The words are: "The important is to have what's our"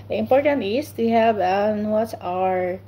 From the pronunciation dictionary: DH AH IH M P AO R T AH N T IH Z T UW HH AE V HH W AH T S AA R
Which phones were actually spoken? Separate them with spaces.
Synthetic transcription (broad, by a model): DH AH IH M P AO R T AH N T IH S T UW HH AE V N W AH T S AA R